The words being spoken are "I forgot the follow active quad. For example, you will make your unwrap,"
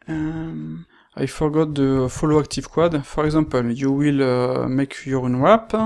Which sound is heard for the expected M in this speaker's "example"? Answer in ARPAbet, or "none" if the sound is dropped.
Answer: none